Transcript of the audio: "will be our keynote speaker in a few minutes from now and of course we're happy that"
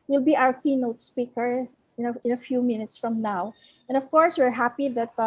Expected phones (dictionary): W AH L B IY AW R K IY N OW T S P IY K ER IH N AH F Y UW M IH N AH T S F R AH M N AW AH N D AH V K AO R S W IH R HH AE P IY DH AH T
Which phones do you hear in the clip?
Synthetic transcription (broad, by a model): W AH L B IY AW R K IY N OW T S P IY K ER IH N AH F Y UW M IH N AH T S F R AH M N AW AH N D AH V K AO R S W IH R HH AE P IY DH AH T